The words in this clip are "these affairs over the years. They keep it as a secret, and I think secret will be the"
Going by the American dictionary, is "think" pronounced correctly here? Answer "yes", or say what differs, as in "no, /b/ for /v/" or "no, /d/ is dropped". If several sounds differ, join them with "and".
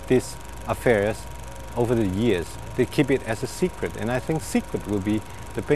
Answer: yes